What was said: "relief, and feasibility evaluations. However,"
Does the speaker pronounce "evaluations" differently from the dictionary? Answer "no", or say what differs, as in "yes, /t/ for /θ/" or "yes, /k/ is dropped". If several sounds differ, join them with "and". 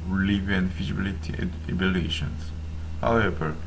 yes, /b/ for /v/